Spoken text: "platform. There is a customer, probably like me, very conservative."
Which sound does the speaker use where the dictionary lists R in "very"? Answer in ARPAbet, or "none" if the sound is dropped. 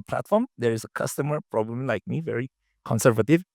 R